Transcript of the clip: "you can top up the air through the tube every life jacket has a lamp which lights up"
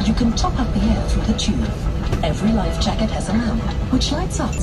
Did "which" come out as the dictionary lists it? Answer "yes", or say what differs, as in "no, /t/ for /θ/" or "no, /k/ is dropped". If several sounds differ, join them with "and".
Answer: yes